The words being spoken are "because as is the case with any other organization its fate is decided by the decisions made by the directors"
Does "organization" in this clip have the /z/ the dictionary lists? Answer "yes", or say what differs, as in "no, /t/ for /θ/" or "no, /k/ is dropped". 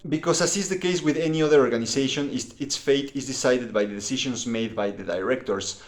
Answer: no, /s/ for /z/